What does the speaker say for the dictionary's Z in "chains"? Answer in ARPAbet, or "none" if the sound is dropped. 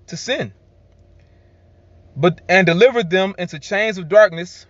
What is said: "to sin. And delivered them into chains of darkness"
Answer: Z